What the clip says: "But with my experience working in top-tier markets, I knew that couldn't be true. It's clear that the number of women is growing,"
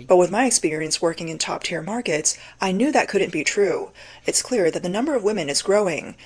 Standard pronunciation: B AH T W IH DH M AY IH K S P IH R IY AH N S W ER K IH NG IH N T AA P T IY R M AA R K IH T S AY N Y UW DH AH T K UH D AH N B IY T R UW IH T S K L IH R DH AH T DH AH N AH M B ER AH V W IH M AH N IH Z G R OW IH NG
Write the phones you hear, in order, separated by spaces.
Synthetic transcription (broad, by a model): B AH T W IH DH M AY IH K S P IH R IY AH N S W ER K IH NG IH N T AA P T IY R M AA R K IH T S AY N Y UW DH AH T K UH D N B IY T R UW IH T S K L IH R DH AH T DH AH N AH M B ER AH V W IH M AH N IH Z G R OW IH NG